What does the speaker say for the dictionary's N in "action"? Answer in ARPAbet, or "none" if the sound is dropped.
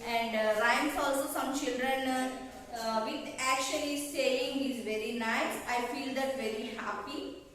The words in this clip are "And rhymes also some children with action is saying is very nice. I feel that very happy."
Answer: L